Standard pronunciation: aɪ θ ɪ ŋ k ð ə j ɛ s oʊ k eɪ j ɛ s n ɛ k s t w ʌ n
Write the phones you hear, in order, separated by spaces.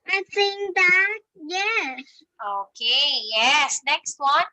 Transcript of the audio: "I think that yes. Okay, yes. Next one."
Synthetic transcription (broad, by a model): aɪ s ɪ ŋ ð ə j ɛ s oʊ k eɪ j ɛ s n ɛ k s t w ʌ n